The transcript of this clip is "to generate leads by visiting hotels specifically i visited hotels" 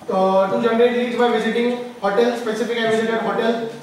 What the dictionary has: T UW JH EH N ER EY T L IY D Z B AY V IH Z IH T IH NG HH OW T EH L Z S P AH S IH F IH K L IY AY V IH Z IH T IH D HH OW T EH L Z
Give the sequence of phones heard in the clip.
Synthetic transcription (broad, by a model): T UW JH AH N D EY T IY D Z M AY V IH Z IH T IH NG HH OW T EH L S P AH S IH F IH K IY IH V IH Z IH T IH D HH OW T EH L